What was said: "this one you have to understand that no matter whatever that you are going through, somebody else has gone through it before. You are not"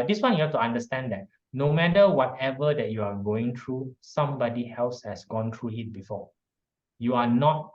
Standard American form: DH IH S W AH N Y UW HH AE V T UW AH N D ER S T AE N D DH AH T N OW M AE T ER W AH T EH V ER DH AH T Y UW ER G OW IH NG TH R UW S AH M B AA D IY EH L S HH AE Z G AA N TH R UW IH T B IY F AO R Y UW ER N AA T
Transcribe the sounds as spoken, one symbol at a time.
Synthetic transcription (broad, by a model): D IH S W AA N Y UW HH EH F T UW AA N D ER S T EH N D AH T N OW M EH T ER W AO T EH V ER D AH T Y UW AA G OW IH NG T R UW S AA M B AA D IY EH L S HH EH S G AA N T R UW IH T B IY F AO Y UW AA N AA T